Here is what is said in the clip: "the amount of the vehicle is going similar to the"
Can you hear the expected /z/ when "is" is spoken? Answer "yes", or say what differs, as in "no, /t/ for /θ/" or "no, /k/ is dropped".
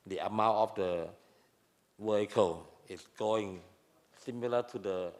no, /s/ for /z/